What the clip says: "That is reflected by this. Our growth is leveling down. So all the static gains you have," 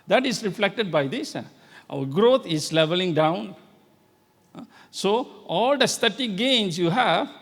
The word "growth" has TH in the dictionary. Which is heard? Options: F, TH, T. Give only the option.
T